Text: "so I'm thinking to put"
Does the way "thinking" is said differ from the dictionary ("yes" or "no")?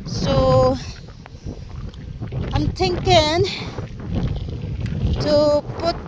yes